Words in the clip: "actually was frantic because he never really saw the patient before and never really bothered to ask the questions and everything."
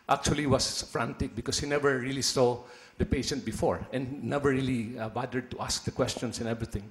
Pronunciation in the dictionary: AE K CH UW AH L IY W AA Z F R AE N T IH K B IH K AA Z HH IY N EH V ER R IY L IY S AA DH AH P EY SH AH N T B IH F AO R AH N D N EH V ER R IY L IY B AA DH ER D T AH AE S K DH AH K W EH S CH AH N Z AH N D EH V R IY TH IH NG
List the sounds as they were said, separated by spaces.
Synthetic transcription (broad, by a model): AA K CH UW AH L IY W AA S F R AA N T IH K B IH K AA S HH IY N EH V ER R IY L IY S AA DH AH P EY SH AH N T B IH F AO R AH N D N EH V ER R IY L IY B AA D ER D T AH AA S K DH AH K W EH S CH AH N S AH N EH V R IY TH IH NG